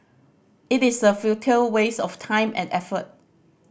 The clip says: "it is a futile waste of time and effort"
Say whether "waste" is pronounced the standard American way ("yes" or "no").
no